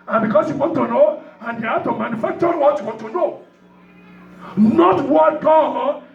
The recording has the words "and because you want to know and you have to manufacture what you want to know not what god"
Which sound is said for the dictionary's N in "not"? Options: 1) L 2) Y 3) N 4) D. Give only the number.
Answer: 3